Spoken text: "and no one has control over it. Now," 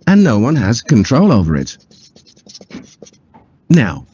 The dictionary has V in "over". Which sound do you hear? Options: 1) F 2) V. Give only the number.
2